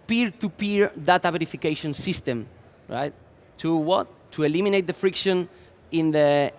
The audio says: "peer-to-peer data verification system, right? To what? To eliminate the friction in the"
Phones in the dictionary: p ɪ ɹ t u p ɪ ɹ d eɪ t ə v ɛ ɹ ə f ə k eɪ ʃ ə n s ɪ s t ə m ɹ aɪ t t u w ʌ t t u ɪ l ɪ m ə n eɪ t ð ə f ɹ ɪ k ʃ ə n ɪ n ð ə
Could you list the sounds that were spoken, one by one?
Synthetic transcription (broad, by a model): p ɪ ɹ t u p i ɹ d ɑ t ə b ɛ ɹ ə f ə k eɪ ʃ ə n s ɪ s t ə m ɹ aɪ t t u w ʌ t t u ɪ l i m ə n eɪ t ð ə f ɹ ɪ k ʃ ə n ɪ n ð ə